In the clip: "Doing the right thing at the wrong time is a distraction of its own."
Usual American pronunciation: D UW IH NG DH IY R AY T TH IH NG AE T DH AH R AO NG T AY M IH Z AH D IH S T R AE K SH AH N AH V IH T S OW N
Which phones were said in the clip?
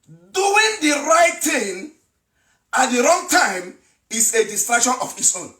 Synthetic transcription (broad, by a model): D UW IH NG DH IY R AY T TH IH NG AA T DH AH R AO NG T AY M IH S AH D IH S T R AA K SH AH N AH F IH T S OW N